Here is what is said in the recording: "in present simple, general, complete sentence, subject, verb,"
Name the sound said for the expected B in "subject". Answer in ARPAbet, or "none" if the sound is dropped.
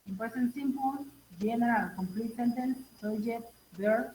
none